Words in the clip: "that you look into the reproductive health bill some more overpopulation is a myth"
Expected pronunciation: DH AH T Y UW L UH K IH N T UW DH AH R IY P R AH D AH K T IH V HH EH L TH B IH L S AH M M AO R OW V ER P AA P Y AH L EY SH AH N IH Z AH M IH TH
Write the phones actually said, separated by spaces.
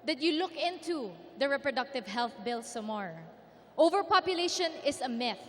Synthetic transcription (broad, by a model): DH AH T Y UW L UH K IH N T UW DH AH R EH P R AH D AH K T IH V HH EH L TH B IH L S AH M M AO R OW V ER P AA P Y AH L EY SH AH N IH S AH M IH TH